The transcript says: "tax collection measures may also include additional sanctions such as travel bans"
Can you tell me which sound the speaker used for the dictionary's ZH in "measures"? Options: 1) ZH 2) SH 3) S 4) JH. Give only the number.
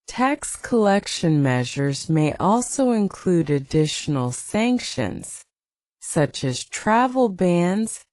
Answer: 1